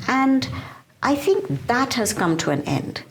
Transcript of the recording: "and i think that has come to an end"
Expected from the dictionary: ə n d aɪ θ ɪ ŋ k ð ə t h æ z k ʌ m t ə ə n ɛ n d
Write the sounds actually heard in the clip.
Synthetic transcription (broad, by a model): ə n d aɪ θ ɪ ŋ k ð ə t h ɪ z k ʌ m t ə ə n ɛ n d